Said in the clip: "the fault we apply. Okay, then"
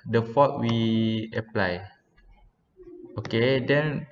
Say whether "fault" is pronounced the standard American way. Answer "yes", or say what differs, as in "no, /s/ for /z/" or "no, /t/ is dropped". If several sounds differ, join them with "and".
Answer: no, /l/ is dropped